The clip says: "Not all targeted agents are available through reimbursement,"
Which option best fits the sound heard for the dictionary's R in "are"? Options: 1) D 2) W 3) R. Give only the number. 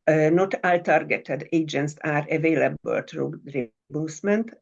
3